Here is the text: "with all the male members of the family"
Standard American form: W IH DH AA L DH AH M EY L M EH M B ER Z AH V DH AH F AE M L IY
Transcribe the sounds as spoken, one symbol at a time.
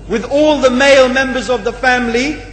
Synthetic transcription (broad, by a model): W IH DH AA L DH AH M EY L M EH M B ER Z AH V DH AH F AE M L IY